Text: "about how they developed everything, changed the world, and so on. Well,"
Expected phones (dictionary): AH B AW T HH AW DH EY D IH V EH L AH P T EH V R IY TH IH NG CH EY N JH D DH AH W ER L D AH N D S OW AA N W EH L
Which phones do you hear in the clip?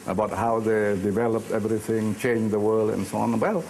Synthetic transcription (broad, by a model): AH B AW T HH AW DH EY D IH V EH L AH P T EH V R IY TH IH NG CH EY N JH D DH AH W ER L D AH N S OW AA N W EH L